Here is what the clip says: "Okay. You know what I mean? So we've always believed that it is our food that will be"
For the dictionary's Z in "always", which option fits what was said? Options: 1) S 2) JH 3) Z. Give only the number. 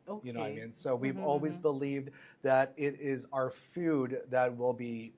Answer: 3